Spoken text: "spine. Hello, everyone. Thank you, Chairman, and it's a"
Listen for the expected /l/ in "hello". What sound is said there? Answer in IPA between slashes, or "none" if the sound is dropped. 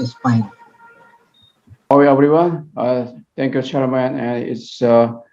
/w/